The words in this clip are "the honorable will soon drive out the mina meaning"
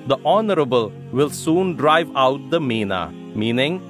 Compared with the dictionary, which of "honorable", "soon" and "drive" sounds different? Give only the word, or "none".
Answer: none